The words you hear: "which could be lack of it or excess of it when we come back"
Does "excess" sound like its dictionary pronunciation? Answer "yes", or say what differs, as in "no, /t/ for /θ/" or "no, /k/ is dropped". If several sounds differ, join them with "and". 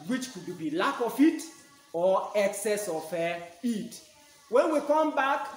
yes